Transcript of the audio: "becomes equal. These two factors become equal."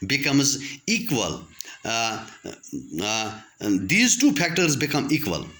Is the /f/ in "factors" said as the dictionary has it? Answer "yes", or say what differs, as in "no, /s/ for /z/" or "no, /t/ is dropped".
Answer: no, /p/ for /f/